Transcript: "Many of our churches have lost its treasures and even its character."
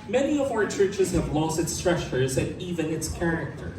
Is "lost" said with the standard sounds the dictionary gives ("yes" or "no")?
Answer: yes